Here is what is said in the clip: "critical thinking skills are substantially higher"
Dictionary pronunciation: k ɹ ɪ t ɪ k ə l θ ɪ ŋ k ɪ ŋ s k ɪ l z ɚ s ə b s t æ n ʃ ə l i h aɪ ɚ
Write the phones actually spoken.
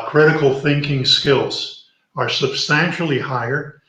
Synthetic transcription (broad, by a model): k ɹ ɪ t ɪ k l θ ɪ ŋ k ɪ ŋ s k ɪ l z ɚ s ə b s t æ n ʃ l i h aɪ ɚ